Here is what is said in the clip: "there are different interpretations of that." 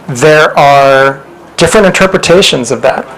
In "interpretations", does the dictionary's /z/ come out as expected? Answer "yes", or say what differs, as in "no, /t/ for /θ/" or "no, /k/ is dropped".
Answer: yes